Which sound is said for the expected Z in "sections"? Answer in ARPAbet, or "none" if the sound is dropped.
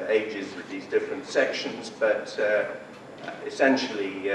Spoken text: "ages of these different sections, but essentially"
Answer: Z